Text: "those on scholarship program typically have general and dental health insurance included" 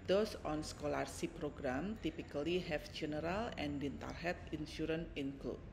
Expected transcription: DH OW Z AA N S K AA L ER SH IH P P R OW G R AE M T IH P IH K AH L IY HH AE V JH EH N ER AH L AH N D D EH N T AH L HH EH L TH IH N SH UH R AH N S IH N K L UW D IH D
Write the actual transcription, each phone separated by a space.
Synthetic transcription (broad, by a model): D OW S AA N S K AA L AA S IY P P R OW G R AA M T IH P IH K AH L IY HH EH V JH EH N ER AH L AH N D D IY N T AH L HH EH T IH N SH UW R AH N IH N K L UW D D